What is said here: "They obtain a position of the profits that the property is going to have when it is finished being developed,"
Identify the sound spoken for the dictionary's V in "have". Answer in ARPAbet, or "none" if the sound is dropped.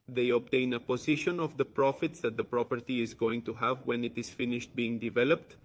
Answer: V